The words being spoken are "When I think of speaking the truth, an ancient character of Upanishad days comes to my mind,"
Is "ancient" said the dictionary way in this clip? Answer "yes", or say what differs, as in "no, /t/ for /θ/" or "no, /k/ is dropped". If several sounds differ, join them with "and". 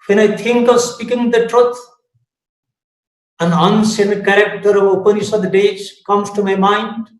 no, /s/ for /ʃ/